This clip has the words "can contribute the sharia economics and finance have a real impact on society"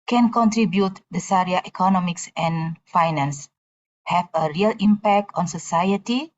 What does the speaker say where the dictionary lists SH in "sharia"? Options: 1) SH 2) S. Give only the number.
2